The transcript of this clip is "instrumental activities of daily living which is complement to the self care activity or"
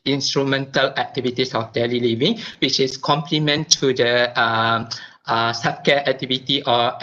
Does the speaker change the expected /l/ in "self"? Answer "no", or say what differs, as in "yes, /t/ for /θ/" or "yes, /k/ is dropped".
yes, /l/ is dropped